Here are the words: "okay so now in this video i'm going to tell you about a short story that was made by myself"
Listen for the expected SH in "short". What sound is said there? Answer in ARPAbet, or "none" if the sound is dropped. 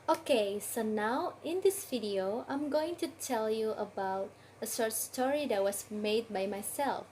S